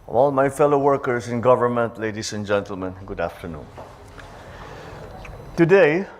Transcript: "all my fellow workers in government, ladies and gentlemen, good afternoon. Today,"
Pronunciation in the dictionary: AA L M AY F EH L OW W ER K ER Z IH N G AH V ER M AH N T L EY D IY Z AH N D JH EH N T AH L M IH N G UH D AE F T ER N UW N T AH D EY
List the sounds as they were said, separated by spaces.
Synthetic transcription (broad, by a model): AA L M AY F EH L OW W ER K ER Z IH N G AH V ER M AH N T L EY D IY S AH N JH EH N T AH L M IH N G UH D AE F T ER N UW N T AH D EY